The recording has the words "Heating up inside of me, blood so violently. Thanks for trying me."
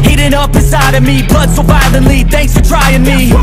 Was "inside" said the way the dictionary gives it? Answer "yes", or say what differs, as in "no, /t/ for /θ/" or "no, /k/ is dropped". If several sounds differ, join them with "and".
no, /n/ is dropped